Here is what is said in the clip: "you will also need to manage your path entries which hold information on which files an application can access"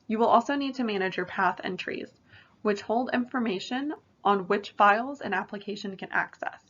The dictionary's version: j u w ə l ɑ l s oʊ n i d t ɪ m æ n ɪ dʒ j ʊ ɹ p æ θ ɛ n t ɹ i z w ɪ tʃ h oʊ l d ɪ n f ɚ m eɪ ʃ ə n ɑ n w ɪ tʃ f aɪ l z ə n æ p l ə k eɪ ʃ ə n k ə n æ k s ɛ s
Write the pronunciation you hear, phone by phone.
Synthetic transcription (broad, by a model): j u w ə l ɑ l s oʊ n i d t ɪ m æ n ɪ dʒ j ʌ ɹ p æ θ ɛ n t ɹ i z w ɪ tʃ h oʊ l d ɪ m f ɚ m eɪ ʃ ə n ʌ n w ɪ tʃ f aɪ l z ə n æ p l ə k eɪ ʃ ə n k ə n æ k s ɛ s